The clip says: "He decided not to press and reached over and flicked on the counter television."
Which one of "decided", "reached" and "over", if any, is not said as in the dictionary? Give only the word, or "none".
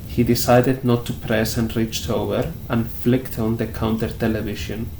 none